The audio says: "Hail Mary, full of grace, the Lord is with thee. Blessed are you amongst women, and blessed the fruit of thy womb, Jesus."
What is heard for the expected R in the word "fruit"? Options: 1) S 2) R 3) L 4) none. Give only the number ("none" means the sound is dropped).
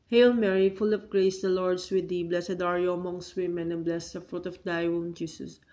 2